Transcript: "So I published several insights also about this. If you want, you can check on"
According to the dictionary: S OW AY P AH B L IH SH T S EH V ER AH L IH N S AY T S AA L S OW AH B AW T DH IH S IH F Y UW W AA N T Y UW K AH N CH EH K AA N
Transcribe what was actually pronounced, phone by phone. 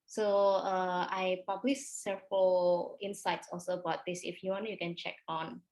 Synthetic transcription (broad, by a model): S OW AY P AH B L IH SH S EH F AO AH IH N S AY T S AA L S OW AH B AW T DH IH S IH F Y UW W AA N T Y UW K AH N CH EH K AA N